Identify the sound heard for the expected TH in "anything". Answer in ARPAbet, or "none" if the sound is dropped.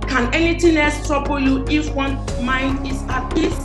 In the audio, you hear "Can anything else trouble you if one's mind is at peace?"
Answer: T